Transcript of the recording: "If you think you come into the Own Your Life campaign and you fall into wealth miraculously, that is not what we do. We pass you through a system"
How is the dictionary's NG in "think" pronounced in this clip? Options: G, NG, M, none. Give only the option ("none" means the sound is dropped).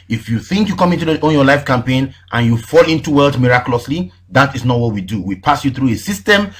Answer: NG